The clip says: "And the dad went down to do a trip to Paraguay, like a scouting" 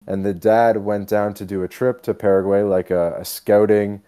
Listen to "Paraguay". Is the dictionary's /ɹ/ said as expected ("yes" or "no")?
yes